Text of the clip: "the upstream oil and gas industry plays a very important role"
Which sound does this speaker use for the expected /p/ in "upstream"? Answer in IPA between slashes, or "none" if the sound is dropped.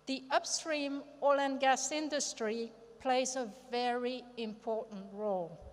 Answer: /p/